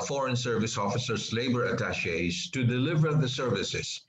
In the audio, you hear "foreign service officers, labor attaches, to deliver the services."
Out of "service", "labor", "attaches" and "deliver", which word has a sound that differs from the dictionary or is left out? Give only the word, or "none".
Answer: attaches